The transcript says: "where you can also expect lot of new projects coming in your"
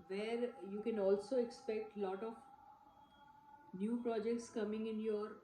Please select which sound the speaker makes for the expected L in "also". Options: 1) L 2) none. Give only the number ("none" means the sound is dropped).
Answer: 1